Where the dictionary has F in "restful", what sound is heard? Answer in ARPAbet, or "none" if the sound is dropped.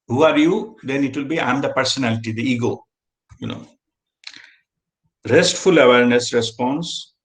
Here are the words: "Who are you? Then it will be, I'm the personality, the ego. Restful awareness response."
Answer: F